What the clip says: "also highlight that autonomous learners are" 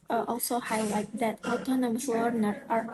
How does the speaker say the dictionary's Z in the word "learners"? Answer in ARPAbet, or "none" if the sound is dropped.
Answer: none